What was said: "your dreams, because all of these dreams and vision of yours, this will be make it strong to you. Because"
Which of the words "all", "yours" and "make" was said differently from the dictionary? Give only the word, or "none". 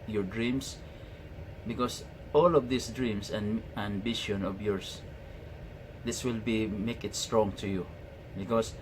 yours